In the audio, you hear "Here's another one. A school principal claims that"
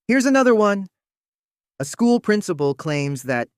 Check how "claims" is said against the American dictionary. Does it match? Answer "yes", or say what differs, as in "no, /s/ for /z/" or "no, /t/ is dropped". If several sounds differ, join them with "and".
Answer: yes